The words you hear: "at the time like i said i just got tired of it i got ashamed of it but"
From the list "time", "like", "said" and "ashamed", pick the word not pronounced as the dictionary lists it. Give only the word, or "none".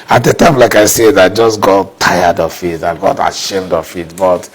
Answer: none